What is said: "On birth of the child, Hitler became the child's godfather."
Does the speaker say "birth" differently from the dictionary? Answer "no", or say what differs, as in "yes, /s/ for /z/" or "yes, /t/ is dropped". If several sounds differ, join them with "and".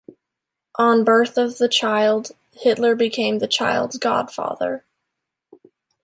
no